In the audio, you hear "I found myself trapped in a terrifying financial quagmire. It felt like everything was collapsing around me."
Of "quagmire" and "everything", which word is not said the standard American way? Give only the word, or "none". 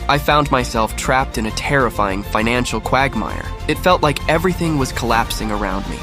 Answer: none